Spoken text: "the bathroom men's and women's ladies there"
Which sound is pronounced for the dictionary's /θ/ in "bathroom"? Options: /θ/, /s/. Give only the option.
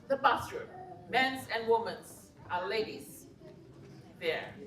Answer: /s/